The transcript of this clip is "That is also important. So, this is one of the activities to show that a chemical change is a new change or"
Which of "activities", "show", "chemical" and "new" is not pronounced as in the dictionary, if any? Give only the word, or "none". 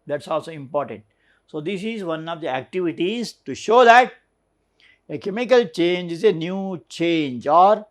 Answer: none